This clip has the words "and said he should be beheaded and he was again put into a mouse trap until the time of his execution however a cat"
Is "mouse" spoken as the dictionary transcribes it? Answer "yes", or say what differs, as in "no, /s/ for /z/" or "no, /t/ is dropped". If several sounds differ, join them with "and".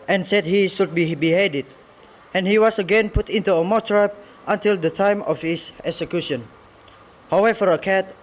no, /s/ is dropped